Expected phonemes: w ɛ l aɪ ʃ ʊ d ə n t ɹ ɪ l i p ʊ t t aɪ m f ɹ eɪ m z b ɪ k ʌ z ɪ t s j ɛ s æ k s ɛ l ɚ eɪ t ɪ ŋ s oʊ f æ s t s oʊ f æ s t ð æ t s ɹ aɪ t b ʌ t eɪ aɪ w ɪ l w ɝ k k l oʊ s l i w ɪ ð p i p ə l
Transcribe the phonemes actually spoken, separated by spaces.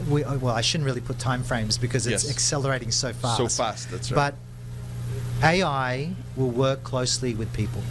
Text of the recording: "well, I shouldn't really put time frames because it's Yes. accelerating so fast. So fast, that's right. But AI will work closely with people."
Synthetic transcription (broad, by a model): w ɛ l aɪ ʃ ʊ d n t ɹ ɪ l i p ʊ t t aɪ m f ɹ eɪ m z b ɪ k ʌ z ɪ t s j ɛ s æ k s ɛ l ɚ eɪ t ɪ ŋ s oʊ f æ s s oʊ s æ s t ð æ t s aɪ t b ʌ t eɪ aɪ w ɪ l w ɝ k k l oʊ s l i w ɪ ð p i p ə l